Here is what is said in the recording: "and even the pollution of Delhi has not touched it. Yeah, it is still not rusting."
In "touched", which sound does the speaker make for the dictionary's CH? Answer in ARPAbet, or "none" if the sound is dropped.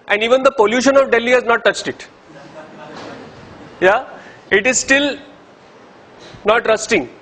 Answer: CH